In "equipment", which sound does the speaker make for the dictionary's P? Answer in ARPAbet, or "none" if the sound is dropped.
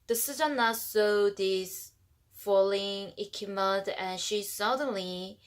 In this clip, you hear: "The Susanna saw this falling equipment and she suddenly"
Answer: none